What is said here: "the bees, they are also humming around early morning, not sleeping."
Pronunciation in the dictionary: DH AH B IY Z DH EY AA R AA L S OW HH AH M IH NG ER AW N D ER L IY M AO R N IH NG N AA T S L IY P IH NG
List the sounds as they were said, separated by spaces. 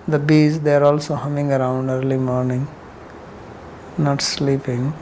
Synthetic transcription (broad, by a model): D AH B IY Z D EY AA R AA L S OW HH AH M IH NG ER AW N D ER L IY M AO R N IH NG N AA T S L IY P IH NG